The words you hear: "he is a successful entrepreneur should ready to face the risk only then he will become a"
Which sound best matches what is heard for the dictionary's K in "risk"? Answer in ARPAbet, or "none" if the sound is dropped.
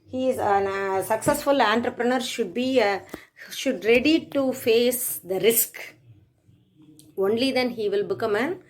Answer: K